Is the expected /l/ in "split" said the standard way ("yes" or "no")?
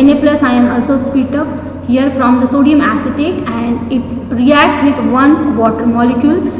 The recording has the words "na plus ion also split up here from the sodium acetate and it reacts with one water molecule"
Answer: no